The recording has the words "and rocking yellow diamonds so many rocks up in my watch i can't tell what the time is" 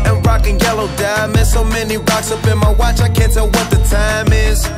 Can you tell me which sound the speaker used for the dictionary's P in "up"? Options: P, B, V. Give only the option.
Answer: B